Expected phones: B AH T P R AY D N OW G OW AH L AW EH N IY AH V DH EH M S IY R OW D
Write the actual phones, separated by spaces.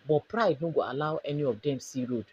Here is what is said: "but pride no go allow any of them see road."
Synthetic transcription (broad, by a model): B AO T P R AY D N OW G OW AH L AW EH N IY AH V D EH M S IY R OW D